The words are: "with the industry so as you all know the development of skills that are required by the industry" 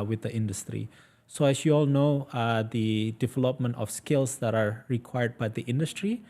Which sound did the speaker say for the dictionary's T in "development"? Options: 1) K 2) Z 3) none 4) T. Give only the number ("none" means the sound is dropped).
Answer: 4